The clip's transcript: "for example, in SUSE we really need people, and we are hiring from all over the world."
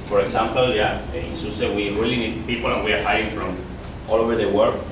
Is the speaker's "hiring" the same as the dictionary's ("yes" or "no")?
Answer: no